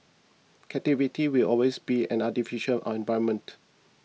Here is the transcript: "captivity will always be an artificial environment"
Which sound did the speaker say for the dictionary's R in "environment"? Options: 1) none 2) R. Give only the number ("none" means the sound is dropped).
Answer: 1